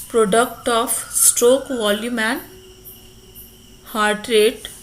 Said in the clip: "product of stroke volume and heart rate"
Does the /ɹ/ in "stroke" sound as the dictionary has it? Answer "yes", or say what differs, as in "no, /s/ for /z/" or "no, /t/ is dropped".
yes